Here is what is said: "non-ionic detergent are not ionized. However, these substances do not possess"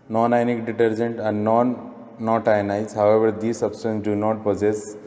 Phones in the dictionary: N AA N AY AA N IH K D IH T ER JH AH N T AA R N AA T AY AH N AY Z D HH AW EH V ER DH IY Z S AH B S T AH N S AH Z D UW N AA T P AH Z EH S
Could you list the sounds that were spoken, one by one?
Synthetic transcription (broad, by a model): N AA N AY N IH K D IH T ER JH AH N T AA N N AA T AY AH N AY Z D HH AW EH V ER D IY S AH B S T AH N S D UW N AA T P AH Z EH S